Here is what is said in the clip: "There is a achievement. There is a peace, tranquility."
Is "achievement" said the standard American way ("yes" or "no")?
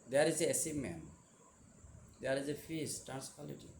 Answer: no